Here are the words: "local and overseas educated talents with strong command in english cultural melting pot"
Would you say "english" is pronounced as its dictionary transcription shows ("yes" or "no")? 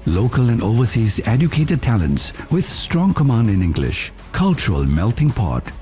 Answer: yes